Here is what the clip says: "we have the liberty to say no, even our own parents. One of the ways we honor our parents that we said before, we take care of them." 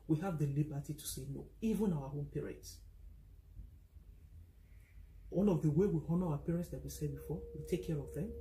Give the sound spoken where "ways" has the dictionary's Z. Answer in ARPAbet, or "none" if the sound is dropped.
none